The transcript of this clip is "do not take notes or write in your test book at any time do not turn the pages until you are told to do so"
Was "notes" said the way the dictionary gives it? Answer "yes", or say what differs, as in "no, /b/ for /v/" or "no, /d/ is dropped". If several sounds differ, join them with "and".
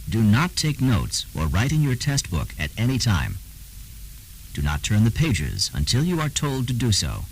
yes